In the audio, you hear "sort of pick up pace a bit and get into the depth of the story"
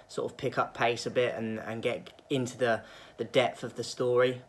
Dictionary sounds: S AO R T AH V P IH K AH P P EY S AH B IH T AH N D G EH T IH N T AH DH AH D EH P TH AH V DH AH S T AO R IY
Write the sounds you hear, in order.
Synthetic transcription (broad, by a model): S AO T AH V P IH K AH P P EY S AH B IH T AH N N G EH T IH N T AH DH AH D EH P TH AH V DH AH S T AO R IY